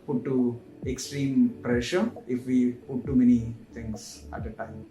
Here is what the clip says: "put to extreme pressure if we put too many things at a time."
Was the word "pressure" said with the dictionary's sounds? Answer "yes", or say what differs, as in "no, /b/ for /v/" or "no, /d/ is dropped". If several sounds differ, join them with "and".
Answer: yes